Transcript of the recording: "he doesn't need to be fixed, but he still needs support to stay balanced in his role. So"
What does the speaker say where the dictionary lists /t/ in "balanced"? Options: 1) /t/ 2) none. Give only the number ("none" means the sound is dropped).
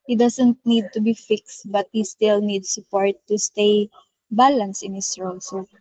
2